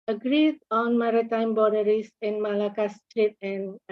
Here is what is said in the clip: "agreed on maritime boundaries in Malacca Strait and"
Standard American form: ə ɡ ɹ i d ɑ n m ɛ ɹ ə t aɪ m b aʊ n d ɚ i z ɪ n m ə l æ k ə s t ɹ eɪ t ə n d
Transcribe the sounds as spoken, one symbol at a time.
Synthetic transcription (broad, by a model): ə ɡ ɹ i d ɑ n m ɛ ɹ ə t aɪ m b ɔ d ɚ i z ɪ n m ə l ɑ k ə s t ɹ eɪ t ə n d